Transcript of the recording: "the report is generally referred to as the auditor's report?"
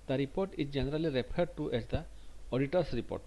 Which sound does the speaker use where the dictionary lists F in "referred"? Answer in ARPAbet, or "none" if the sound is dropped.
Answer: P